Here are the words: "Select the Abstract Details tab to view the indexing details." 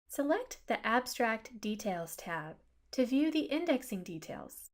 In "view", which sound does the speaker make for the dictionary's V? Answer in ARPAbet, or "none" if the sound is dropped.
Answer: V